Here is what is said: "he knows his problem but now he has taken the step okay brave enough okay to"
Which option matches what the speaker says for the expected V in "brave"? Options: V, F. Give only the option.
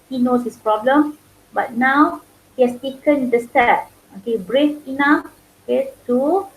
F